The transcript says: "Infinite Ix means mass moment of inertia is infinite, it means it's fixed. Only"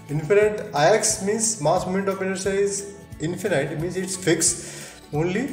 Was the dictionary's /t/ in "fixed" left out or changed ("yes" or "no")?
yes